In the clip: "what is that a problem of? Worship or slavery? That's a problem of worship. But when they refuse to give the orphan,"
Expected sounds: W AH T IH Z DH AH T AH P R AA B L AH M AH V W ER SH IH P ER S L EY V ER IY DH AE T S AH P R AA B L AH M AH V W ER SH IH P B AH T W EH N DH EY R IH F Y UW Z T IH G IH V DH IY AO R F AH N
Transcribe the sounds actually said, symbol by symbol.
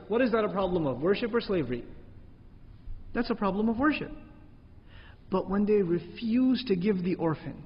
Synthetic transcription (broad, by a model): W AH T IH Z DH AH T AH P R AA B L AH M AH V W ER SH IH P ER S L EY V ER IY DH AE T S AH P R AA B L AH M AH V W ER SH IH P B AH T W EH N DH EY R IH F Y UW Z T IH G IH V DH IY AO R F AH N